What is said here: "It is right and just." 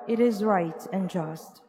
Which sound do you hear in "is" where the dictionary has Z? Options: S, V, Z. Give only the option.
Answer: Z